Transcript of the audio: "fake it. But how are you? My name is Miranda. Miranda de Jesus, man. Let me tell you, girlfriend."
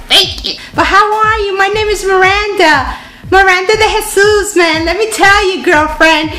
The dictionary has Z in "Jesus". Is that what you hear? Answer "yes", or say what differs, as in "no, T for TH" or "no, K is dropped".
no, S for Z